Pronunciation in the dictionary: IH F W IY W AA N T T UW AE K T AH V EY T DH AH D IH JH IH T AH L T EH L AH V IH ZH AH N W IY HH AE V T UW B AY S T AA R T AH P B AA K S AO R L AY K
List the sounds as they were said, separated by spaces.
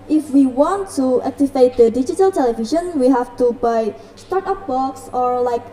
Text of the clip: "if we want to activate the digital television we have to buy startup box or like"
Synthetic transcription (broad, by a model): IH F W IY W AA N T T UW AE K T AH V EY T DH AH D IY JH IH T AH L T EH L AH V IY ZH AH N W IY HH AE F T UW B AY S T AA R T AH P B AA K S AO R L AY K